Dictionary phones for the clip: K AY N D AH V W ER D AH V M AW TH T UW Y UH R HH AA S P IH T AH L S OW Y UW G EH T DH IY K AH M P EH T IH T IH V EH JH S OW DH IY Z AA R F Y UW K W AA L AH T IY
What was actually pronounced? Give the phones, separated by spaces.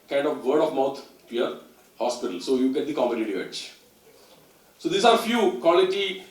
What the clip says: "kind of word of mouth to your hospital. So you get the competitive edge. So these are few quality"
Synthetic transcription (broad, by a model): K AY N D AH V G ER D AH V M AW T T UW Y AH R HH AA S P IH T AH L S OW Y UW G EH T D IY K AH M EH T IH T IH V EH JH S OW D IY S AA R F Y UW K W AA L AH T IY